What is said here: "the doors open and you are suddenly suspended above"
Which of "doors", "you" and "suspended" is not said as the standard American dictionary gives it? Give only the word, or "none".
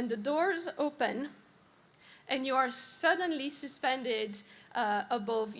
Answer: none